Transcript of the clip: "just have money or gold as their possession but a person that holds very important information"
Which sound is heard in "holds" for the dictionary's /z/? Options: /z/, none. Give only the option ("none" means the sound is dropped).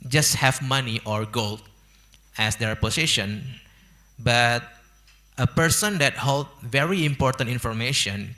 none